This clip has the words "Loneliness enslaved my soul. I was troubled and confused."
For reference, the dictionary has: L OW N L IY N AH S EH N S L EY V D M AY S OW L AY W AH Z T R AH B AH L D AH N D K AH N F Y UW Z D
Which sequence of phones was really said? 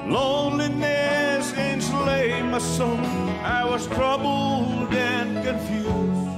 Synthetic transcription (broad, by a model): L OW N L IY N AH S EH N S L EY M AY S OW N AY W AH Z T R AH B L D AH N K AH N F Y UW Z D